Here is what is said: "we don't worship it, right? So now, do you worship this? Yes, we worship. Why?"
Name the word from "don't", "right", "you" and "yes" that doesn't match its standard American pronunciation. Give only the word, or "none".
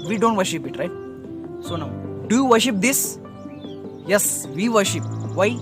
none